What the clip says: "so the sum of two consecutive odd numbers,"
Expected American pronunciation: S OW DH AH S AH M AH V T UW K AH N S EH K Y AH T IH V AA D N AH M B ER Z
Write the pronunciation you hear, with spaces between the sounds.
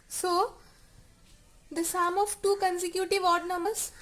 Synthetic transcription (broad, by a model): S OW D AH S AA M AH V T UW K AH N S EH K Y AH T IH V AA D N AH M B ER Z